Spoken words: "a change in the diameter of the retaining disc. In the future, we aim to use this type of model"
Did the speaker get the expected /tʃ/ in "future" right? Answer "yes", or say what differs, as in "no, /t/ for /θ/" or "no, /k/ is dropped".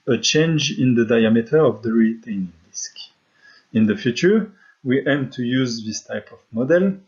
yes